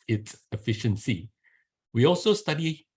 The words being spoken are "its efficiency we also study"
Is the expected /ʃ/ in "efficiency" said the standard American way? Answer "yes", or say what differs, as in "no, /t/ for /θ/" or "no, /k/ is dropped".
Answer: yes